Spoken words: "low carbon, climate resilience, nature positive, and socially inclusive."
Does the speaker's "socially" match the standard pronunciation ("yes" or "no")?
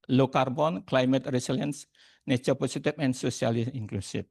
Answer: no